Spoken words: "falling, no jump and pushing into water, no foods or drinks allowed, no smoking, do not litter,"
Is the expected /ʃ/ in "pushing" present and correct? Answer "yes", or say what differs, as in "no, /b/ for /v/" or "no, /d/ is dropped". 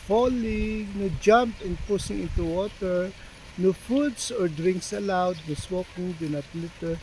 no, /s/ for /ʃ/